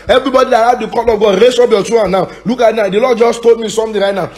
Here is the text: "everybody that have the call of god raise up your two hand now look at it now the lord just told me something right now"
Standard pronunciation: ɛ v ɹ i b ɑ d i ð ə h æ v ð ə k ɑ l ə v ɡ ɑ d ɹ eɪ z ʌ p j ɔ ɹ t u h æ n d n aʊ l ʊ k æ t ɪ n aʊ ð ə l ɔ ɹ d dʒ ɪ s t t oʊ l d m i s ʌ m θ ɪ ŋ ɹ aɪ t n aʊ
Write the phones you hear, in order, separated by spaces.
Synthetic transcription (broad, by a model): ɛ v ɹ i b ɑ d i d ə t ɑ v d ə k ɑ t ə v ɡ ɑ d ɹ eɪ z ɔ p j ɔ t u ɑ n n aʊ l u k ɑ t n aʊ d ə l ɔ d dʒ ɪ s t t oʊ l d m i s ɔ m t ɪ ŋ ɹ aɪ t n aʊ